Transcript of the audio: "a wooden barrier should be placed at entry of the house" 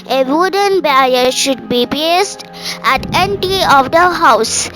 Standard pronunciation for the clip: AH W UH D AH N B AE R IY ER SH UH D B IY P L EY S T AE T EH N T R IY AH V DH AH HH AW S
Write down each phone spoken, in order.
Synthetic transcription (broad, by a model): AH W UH D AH N B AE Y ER SH UH D B IY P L EY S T AE T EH N T IY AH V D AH HH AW S